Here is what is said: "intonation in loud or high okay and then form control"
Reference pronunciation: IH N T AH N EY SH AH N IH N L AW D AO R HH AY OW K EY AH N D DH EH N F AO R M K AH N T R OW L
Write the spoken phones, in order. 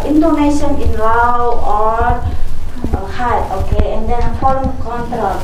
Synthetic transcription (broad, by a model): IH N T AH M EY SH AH N IH N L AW AO R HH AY OW K EY AH N D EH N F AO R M K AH N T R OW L